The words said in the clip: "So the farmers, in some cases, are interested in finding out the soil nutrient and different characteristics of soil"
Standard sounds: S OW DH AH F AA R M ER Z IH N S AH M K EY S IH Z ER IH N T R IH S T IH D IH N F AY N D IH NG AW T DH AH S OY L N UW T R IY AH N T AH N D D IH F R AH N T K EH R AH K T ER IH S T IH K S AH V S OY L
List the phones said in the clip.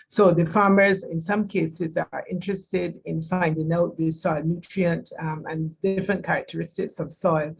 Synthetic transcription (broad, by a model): S OW DH AH F AA R M ER Z IH N S AH M K EY S IH Z ER IH N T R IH S T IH D IH N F AY N D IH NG AW T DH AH S OY L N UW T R IY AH N T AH N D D IH F R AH N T K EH R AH K T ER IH S T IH K S AH V S OY L